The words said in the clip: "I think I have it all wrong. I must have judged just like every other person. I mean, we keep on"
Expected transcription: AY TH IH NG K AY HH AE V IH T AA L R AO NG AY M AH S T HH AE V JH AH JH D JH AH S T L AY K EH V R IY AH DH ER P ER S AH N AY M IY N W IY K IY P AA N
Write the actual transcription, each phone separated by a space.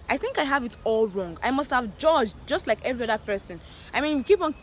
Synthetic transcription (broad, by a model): AY TH IH NG K AY HH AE V IH T AA L R AO NG AY M AH S T HH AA V JH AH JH JH AH S T L AY K EH V R IY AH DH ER P ER S AH N AY M IY N W IY K IY P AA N